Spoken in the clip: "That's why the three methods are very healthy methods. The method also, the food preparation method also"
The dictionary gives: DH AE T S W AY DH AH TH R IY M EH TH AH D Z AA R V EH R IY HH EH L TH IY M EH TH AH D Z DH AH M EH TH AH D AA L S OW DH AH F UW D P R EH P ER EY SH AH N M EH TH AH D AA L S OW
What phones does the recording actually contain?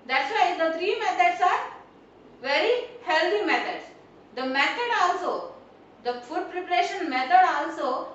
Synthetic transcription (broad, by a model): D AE T S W AY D AH T R IY M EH T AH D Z AA R V EH R IY HH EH L T IY M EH T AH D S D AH M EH T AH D AA L S OW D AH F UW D P R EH P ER EY SH AH N M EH T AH D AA L S OW